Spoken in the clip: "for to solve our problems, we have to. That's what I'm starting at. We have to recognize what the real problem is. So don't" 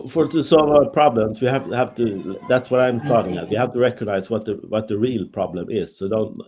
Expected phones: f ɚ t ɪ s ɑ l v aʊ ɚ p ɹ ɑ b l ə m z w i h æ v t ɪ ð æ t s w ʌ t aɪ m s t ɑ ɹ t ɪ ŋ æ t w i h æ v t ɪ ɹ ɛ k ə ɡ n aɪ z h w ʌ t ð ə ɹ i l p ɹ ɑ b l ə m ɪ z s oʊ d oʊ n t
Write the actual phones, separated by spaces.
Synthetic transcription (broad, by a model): f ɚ t ɪ s ɑ l v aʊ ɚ p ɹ ɑ b l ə m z w i h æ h t ɪ ð æ t s w ʌ t aɪ m s t ɑ ɹ t ɪ ŋ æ t w i h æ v t ɪ ɹ ɛ k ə ɡ n aɪ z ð w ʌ t ð ə ɹ i l p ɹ ɑ b l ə m ɪ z s oʊ d oʊ n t